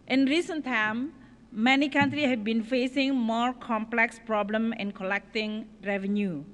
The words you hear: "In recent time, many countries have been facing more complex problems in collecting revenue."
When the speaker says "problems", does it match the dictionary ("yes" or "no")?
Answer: no